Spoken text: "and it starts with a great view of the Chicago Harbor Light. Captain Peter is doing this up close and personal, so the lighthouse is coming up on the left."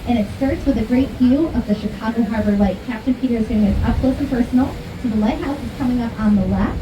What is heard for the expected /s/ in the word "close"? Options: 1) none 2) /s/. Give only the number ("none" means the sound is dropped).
1